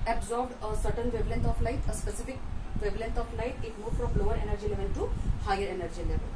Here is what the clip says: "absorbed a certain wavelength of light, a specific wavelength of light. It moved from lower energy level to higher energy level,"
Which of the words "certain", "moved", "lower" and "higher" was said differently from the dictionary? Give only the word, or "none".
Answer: moved